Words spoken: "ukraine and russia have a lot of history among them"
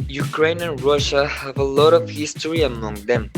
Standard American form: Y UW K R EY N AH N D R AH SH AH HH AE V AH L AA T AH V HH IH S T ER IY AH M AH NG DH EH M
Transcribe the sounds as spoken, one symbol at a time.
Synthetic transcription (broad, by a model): Y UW K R EY N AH N R AH SH AH HH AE V AH L AA T AH V HH IH S T ER IY AH M AH NG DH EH M